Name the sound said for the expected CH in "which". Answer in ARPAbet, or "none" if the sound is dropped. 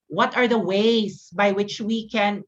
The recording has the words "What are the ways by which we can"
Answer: CH